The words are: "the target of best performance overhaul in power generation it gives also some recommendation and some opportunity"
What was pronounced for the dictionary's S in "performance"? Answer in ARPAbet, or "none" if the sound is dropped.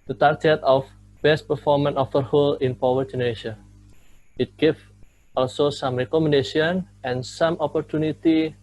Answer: none